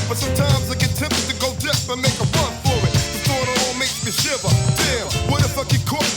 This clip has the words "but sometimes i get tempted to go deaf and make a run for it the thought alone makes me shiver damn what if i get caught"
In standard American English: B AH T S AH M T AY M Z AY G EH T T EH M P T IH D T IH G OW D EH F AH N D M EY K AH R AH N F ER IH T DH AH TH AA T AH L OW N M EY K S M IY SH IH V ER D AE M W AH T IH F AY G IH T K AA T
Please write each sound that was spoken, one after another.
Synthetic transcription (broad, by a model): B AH T S AH M T AY M Z AY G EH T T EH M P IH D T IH G OW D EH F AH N M EY K AH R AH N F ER IH T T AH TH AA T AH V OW L M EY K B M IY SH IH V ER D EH W AH T IH F AY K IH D K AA